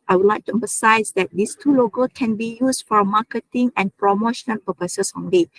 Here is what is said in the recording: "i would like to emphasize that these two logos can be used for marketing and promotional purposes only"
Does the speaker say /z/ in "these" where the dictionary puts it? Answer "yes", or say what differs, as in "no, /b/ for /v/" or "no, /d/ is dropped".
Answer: no, /s/ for /z/